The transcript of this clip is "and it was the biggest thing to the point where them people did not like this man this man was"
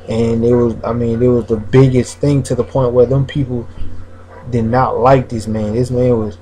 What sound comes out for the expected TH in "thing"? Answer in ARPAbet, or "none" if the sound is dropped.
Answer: TH